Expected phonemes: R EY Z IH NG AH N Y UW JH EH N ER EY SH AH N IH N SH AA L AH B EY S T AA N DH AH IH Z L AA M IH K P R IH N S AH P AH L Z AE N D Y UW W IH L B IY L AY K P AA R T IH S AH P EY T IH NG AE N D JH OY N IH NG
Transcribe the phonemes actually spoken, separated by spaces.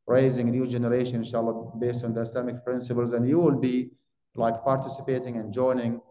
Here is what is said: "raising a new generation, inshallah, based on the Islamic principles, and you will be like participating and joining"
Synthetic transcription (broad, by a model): R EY Z IH NG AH N Y UW JH EH N ER EY SH AH N IH N SH AA L AH B EY S T AA N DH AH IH S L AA M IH K P R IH N S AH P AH L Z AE N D Y UW W IH L B IY L AY K P AA R T IH S AH P EY T IH NG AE N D JH OY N IH NG